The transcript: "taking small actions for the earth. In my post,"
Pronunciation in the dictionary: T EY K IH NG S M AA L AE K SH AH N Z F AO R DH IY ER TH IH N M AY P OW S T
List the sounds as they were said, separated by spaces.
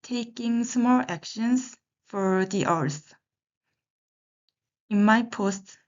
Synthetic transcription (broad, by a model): T EY K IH NG S M AA L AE K SH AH N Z F AO R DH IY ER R IH N M AY P OW S T